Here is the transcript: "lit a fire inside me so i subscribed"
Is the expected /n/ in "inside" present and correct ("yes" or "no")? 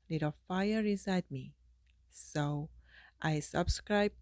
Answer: no